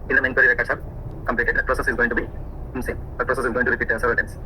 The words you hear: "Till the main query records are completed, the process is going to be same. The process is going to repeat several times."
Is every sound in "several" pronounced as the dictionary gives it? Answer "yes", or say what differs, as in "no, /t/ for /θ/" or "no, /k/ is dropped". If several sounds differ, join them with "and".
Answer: no, /v/ is dropped